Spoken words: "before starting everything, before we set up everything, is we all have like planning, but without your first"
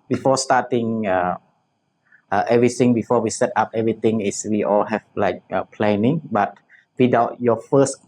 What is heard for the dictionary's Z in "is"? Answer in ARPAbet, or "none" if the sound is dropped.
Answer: S